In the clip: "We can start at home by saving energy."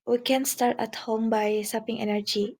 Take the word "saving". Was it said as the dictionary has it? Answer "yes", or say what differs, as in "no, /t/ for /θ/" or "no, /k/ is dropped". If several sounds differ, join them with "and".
no, /p/ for /v/